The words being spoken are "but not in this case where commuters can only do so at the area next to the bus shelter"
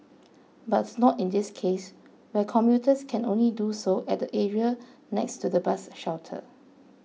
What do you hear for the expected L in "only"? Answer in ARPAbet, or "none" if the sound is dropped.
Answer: L